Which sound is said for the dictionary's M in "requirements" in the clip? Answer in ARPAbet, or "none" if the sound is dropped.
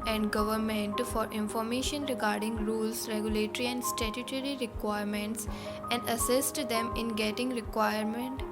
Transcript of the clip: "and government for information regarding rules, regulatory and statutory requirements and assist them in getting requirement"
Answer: M